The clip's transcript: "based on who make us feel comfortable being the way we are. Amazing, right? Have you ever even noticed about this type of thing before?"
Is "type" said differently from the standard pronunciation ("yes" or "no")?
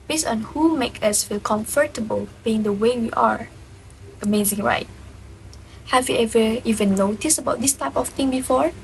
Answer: no